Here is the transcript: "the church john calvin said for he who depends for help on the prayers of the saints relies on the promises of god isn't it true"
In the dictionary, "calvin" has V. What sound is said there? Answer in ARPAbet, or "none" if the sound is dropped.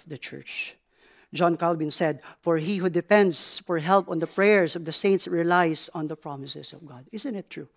B